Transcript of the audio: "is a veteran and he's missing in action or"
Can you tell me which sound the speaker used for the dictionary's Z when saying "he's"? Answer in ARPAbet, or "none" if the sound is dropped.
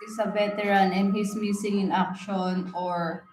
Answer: S